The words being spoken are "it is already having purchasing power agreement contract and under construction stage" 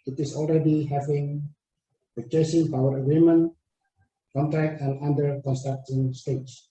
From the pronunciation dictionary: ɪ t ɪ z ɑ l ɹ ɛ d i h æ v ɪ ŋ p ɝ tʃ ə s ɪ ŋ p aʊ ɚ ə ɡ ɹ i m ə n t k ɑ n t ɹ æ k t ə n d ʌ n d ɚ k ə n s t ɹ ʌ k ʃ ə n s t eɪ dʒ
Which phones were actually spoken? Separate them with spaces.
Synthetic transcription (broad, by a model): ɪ t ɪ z ɑ l ɹ ɛ d i h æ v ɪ ŋ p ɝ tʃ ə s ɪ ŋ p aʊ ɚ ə ɡ ɹ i m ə n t k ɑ n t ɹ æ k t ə n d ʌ n d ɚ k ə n s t ʌ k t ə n s t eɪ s